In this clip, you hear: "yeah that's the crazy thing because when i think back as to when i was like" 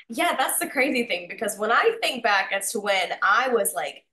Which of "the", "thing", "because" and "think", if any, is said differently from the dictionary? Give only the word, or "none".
none